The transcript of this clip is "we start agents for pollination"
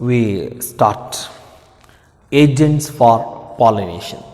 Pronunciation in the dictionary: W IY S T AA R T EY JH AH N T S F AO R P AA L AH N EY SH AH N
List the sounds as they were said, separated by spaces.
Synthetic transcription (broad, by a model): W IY S T AA R T EY JH AH N T S F AO R P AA L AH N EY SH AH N